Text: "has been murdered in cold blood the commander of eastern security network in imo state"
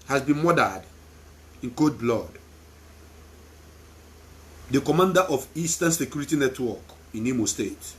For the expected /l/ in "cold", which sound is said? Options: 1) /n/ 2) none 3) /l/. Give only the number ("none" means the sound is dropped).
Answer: 2